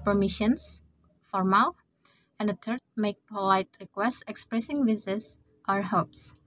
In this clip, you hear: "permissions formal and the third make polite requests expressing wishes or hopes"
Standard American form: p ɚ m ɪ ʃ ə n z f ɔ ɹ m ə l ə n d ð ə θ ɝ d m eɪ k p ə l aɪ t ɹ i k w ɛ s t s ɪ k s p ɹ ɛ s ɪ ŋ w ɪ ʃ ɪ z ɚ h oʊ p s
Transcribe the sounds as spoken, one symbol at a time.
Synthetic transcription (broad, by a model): p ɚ m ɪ ʃ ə n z f ɔ ɹ m ə l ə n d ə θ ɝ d m eɪ k p ə l aɪ t ɹ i k w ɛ s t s ɪ k s p ɹ ɛ s ɪ ŋ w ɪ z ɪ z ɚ h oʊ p s